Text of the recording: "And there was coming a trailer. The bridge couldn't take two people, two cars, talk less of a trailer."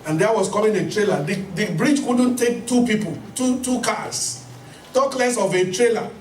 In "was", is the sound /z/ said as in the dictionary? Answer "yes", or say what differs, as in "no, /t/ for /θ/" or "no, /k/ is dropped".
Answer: no, /s/ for /z/